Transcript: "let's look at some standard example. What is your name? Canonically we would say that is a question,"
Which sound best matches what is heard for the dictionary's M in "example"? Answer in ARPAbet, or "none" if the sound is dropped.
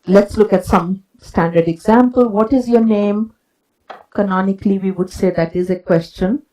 M